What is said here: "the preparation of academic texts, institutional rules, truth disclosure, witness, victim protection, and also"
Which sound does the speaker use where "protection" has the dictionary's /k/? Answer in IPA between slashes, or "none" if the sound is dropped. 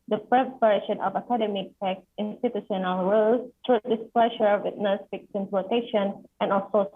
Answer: none